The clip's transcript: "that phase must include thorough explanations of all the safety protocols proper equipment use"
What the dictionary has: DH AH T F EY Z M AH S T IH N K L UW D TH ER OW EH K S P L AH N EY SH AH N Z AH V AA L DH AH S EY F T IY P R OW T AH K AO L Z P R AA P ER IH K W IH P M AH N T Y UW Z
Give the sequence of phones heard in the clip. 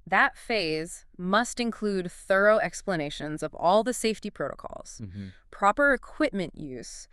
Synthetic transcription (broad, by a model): DH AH T F EY Z M AH S T IH N K L UW D TH ER OW EH K S P L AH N EY SH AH N Z AH V AA L DH AH S EY F T IY P R OW T AH K AO L Z P R AA P ER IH K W IH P M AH N T Y UW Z